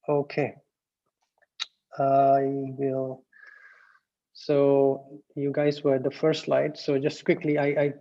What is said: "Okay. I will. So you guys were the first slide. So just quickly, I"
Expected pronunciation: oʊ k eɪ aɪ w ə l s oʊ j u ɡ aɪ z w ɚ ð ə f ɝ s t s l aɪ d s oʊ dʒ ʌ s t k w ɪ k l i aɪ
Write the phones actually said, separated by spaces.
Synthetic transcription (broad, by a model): oʊ k eɪ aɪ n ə s oʊ j u ɡ aɪ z w ɚ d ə f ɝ t s l aɪ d s oʊ dʒ ʌ s t k w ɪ k l i aɪ